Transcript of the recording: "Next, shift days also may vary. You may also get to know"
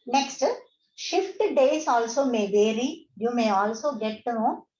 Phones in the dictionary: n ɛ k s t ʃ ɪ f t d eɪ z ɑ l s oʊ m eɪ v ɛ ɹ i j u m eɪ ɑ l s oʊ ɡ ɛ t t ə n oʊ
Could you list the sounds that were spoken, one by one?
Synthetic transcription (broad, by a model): n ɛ k s t ʃ ɪ f t d eɪ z ɑ l s oʊ m eɪ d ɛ ɹ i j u m eɪ ɑ l s oʊ ɡ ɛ t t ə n